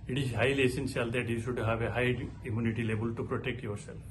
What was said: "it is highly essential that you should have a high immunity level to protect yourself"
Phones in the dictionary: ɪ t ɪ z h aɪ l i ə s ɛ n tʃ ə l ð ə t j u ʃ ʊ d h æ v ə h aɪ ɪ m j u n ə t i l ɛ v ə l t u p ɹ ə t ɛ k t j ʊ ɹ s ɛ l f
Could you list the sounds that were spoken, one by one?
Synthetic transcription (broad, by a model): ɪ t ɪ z h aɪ l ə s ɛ n s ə l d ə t j u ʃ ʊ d h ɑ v ə h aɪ ɪ m j u n ə t i l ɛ b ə l t u p ɹ ə t ɛ k t j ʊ ɹ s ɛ l